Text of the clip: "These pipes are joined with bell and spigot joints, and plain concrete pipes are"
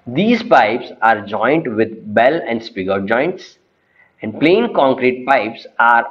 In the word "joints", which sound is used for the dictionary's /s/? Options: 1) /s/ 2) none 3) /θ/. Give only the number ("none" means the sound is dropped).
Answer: 1